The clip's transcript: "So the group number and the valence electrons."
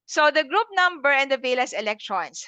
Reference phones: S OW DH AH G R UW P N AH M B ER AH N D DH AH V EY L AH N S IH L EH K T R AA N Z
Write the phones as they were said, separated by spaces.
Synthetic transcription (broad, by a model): S OW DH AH G R UW P N AH M B ER AH N D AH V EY L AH S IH L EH K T R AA N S